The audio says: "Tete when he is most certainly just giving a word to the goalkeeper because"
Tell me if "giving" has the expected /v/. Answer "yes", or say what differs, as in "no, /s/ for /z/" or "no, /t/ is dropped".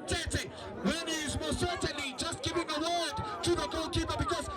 no, /p/ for /v/